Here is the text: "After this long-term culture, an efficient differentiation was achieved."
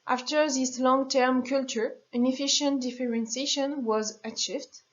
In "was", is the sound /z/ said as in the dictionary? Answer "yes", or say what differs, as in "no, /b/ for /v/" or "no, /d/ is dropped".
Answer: yes